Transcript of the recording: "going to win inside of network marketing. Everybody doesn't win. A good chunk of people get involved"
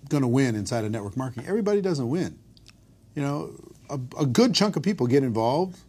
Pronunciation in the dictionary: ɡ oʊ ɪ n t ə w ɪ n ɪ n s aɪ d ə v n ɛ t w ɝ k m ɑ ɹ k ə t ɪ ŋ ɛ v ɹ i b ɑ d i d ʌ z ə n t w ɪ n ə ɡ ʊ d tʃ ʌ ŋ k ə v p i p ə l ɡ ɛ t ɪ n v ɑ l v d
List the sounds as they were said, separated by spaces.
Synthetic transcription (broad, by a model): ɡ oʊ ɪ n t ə w ɪ n ɪ n s aɪ d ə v n ɛ t w ɝ k m ɑ ɹ k ə t ɪ ŋ ɛ v ɹ i b ɑ d i d ʌ z ə n t w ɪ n ə ɡ ʊ d tʃ ʌ ŋ k ə v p i p l ɡ ɛ t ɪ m v ɑ l v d